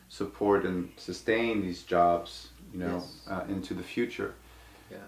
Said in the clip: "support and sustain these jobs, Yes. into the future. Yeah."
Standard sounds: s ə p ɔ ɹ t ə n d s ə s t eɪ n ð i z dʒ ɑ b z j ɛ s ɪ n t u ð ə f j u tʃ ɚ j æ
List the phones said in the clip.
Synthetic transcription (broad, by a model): s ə p ɔ ɹ t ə n s ə s t eɪ n ð i z dʒ ɑ b z j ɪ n ɪ n t u ð ə f j u tʃ ɚ